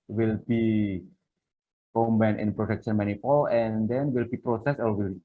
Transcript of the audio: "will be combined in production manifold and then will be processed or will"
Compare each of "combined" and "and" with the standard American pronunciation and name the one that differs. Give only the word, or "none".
combined